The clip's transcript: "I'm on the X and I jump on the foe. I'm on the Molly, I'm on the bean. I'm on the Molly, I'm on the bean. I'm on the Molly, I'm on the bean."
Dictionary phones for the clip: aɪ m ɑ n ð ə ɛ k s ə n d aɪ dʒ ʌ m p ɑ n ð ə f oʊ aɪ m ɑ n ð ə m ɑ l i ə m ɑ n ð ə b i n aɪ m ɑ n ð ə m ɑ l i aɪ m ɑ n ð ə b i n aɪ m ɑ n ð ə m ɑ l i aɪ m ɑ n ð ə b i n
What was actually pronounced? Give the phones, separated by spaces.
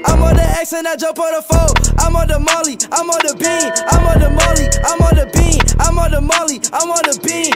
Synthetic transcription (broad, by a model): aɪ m ɑ n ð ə ɛ k s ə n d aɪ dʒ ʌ p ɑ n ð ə f oʊ aɪ m ɑ n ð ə m ɑ l i ə m ɑ n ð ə b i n aɪ m ɑ n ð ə m ɑ l i aɪ m ɑ n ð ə b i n aɪ m ɑ n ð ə m ɑ l i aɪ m ɑ n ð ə b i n